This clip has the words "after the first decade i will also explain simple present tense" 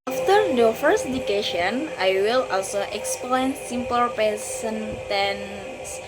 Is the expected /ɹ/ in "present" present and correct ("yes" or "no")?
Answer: no